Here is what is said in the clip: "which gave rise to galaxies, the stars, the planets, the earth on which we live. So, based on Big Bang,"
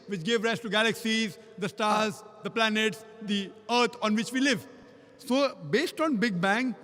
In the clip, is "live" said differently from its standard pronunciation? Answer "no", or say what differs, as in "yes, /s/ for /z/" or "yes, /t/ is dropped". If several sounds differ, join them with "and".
no